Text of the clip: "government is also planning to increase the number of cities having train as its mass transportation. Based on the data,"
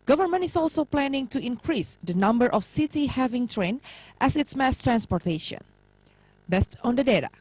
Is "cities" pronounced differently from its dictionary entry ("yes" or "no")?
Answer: yes